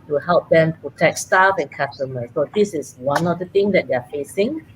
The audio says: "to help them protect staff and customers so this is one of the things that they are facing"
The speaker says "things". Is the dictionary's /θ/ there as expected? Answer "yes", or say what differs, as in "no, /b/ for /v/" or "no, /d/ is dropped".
no, /t/ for /θ/